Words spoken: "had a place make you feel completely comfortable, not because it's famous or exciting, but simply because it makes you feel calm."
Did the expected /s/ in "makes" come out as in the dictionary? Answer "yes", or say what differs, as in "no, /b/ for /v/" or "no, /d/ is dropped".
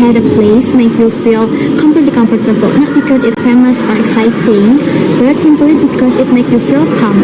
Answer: no, /s/ is dropped